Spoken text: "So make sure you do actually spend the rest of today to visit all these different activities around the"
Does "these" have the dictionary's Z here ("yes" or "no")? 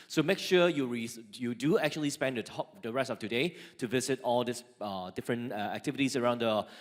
no